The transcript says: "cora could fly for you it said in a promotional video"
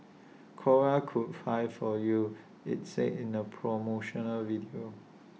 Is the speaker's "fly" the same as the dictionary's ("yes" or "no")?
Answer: no